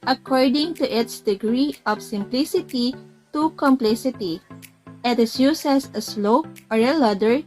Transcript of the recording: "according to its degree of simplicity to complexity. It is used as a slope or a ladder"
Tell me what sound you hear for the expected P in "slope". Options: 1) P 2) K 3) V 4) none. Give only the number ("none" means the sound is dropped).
4